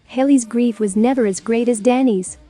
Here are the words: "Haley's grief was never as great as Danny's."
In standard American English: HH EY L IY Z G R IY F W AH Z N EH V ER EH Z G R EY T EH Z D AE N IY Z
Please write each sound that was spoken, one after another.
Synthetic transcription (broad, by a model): HH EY L IY Z G R IY F W AH Z N EH V ER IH Z G R EY T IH Z D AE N IY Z